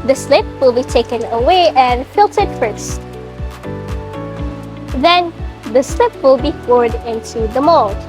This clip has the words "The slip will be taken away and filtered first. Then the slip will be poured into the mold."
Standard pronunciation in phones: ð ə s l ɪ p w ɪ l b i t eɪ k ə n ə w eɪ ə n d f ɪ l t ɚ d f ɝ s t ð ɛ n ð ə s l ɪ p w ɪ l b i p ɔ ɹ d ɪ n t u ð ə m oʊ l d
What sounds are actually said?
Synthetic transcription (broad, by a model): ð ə s l ɪ p w ɪ l b i t eɪ k ə n ə w eɪ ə n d f ɪ l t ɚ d f ɝ s t ð ɛ n ð ə s l ɪ p w ɪ l b i f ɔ ɹ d ɪ n t u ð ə m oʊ l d